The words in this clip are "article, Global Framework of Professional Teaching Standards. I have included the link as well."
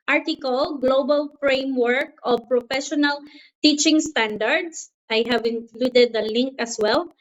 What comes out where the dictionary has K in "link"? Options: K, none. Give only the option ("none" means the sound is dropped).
K